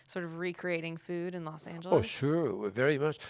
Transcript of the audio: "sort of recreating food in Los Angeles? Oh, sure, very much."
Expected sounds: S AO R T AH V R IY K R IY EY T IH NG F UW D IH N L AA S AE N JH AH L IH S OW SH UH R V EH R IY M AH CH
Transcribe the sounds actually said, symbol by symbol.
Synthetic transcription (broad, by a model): S AO R T AH V R IY K R IY EY T IH NG F UW D IH N L AA S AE N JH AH L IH UH SH UH R V EH R IY M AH CH